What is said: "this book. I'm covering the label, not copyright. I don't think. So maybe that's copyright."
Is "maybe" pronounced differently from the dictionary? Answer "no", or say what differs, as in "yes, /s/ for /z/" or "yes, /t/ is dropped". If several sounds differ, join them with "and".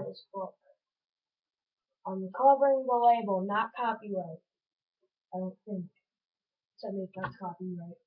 yes, /b/ is dropped